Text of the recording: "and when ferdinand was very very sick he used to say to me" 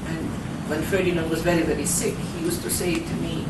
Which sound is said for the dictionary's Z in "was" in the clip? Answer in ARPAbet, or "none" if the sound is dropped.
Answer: Z